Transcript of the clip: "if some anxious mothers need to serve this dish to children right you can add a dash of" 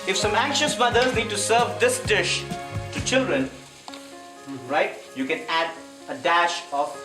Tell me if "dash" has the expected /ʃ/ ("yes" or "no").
yes